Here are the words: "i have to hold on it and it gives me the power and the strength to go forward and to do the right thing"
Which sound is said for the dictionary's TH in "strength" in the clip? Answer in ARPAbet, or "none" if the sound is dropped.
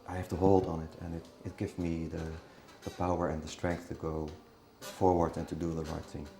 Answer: TH